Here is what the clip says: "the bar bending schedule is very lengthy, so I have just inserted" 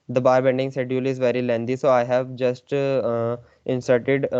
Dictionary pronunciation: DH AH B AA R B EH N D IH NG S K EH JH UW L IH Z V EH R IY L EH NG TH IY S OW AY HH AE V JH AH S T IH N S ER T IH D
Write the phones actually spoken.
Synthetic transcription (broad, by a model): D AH B AA R B EH N D IH NG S EH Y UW L IH Z V EH R IY L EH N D IY S OW AY HH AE V JH AH S T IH N S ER T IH D